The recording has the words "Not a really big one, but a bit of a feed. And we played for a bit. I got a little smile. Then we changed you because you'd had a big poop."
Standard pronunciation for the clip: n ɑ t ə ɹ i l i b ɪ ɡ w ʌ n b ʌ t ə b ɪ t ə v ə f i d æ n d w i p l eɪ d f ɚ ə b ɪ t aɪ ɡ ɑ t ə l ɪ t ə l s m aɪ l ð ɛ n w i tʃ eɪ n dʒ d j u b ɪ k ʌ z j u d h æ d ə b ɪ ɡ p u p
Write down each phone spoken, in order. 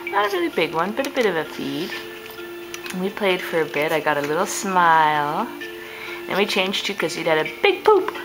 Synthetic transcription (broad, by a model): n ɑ ə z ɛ i b ɪ ɡ w ʌ n b ʌ t ə b ɪ t ə v ə f i d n w i p l eɪ d f ɚ ə b ɪ t aɪ ɡ ɑ t ə l ɪ t l s m aɪ l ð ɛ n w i tʃ eɪ n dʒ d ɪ k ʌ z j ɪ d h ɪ d ə b ɪ ɡ p u p